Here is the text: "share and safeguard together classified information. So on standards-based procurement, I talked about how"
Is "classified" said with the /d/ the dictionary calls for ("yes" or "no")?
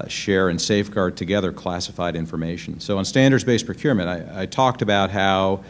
yes